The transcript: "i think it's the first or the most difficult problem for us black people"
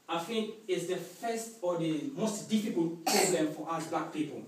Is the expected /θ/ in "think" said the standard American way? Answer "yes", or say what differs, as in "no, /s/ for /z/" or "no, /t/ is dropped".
no, /f/ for /θ/